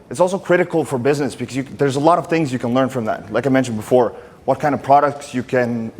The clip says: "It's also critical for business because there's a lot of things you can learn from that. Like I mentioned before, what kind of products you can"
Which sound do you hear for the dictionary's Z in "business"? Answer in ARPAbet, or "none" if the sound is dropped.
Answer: Z